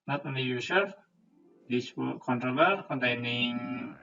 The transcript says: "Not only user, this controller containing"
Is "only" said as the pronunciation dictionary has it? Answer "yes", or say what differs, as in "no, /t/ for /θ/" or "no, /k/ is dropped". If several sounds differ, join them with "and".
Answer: no, /l/ is dropped